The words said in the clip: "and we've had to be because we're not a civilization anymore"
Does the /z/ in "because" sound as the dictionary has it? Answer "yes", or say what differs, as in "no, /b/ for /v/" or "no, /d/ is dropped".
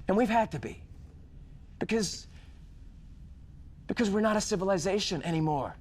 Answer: yes